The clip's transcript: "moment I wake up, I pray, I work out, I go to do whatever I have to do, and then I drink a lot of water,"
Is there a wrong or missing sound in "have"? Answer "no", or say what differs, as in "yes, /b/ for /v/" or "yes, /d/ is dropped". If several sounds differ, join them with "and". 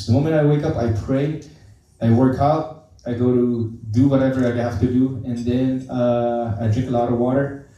yes, /f/ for /v/